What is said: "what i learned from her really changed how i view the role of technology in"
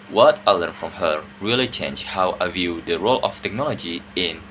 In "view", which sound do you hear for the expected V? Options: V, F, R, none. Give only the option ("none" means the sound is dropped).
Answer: V